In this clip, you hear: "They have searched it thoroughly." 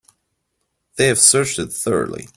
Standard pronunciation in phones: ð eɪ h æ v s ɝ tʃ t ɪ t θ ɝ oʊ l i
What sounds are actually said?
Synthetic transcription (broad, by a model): ð eɪ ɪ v s ɝ tʃ t ɪ t θ ɝ oʊ l i